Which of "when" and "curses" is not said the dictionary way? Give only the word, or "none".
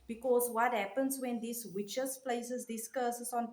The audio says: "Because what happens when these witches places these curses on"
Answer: curses